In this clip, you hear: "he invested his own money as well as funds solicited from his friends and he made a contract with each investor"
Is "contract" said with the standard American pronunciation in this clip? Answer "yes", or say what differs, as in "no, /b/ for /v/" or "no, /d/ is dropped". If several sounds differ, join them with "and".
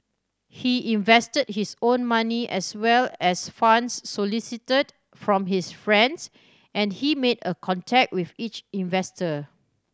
no, /ɹ/ is dropped